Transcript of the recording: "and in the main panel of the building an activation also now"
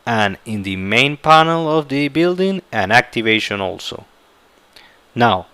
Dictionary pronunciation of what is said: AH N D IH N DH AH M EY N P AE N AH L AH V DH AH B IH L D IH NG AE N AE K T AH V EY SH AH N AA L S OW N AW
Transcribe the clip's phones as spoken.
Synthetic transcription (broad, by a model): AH N IH N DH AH M EY N P AE N AH L AH V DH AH B IH L D IH NG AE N AE K T AH V EY SH AH N AA L S OW N AW